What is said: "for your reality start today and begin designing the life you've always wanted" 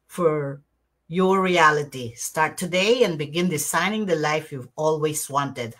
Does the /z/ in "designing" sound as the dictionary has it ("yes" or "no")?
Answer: no